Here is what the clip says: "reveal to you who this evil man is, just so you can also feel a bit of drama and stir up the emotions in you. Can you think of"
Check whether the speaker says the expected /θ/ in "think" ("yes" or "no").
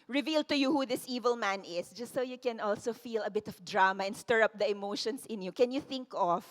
yes